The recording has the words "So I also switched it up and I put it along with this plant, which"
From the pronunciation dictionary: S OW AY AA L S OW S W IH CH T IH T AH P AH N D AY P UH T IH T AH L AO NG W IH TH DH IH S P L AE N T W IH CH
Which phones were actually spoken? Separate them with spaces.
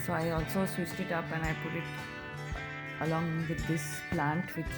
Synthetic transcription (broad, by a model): S OW AY AA L S OW S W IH S T IH T AH P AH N AY P UH T IH T AH L AO NG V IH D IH S P L AE N T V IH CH